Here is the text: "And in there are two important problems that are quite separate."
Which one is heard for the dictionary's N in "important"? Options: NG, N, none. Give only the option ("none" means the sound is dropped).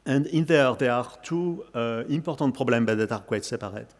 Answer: none